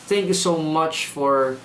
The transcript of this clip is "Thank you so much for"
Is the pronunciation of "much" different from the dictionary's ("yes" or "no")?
no